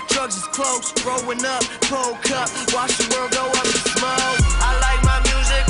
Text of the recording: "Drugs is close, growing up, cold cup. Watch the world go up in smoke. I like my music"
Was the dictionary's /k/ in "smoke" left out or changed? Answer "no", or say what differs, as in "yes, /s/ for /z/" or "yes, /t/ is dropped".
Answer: yes, /k/ is dropped